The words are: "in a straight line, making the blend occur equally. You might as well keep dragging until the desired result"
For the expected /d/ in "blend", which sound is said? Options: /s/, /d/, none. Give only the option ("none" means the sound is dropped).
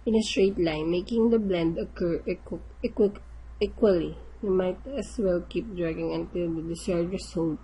/d/